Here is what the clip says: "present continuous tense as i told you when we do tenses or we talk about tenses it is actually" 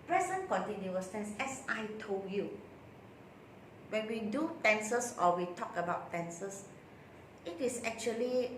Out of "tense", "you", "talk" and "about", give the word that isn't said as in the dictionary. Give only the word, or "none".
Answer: none